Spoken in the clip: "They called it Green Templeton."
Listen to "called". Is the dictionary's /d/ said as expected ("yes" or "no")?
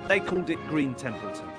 yes